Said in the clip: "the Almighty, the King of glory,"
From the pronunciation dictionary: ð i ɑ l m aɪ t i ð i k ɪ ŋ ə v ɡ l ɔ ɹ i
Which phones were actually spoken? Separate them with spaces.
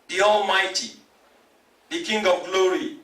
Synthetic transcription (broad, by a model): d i ɑ l m aɪ t i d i k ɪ ŋ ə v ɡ l ɔ ɹ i